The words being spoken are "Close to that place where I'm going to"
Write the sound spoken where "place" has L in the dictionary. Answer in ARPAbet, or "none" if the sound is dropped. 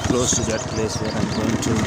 L